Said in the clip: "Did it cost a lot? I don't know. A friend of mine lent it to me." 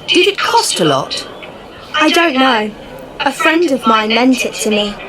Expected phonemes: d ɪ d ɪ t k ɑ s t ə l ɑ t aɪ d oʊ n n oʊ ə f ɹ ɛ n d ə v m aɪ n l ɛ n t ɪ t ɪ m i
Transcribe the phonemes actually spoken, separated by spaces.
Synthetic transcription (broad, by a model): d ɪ d ɪ t k ɑ s t ə l ɑ t aɪ d oʊ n n oʊ ə f ɹ ɛ n d ə v m aɪ n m ɛ n t ɪ t ɪ m i